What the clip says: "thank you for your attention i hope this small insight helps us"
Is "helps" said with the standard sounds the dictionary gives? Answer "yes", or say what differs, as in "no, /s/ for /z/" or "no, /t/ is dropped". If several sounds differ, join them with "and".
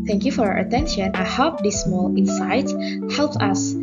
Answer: no, /s/ is dropped